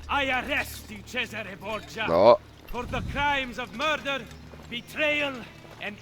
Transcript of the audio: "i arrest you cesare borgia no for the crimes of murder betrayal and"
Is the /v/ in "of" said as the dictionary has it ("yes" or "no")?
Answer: yes